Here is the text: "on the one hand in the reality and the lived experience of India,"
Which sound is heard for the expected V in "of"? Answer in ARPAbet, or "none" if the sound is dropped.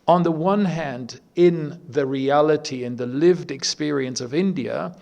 V